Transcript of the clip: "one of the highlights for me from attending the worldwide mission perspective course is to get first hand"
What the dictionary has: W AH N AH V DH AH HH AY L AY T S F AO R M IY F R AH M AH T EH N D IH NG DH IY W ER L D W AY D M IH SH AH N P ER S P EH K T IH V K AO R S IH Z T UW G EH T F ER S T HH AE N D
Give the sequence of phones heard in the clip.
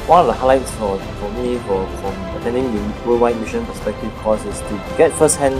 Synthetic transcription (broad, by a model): W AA N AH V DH AH HH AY L AY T S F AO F M IY F R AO M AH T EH N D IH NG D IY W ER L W AY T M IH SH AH N P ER S P EH K T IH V K AO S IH S T UW G EH T F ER S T HH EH N